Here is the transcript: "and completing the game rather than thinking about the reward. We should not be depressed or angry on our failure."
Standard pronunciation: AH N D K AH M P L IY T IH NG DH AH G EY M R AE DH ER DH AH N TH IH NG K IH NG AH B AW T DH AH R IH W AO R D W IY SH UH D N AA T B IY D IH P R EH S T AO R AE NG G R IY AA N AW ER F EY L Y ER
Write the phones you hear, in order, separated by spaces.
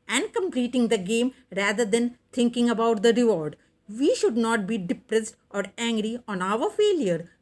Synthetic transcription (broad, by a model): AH N D K AH M P L IY T IH NG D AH G EY M R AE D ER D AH N T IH NG K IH NG AH B AW T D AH R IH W AO R D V IY SH UH D N AA T B IY D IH P R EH S T AO R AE NG G R IY AA N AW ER F EY L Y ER